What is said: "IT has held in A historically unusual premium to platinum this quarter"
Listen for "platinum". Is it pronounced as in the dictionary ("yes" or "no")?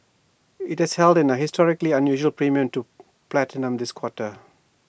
yes